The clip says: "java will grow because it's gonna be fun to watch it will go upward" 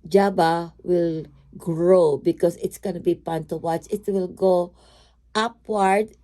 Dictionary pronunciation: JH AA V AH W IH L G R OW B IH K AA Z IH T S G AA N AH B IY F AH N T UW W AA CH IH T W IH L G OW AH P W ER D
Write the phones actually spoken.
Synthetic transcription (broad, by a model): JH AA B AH W IH L G R OW B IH K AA S IH T S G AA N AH B IY P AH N T UW W AA CH IH T W IH L G OW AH P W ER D